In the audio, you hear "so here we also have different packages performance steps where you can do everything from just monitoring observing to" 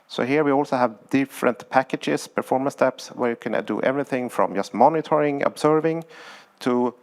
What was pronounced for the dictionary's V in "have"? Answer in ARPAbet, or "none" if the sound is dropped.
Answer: V